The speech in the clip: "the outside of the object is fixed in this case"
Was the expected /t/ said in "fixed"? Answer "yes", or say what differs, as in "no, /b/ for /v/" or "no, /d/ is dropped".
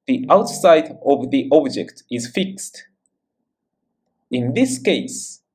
yes